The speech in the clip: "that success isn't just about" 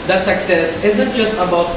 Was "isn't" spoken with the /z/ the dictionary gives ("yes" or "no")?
yes